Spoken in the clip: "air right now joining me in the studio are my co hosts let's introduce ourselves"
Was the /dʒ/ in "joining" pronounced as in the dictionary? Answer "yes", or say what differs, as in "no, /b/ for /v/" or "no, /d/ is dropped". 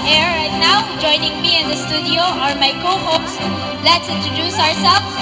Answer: yes